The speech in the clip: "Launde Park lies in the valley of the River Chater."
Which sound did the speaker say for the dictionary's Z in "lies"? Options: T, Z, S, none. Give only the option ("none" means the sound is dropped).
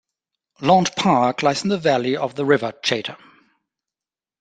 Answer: S